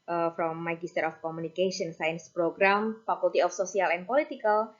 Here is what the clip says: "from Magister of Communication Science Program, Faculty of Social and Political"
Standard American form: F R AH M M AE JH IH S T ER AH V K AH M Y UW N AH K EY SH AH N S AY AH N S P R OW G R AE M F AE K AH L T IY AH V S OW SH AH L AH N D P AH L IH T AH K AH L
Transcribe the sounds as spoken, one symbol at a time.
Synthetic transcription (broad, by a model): F R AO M M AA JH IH S T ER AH F K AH M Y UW N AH K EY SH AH N S AY AH N S P R OW G R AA M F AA K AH L T IY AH F S OW S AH L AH N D P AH L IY T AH K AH L